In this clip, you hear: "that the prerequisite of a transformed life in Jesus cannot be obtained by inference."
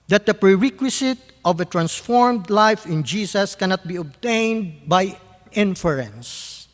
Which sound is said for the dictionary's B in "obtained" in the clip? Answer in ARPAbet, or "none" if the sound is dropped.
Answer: B